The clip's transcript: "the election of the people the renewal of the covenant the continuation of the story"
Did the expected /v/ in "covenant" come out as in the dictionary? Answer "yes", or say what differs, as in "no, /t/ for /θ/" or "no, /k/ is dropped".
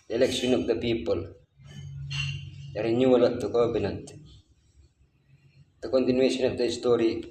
no, /b/ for /v/